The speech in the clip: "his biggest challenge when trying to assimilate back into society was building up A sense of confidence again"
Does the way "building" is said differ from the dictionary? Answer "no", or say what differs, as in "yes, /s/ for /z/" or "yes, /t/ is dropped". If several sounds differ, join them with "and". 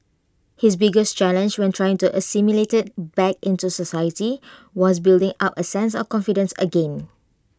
no